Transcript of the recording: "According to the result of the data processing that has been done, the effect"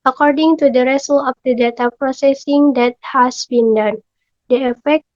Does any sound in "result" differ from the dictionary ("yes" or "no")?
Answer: yes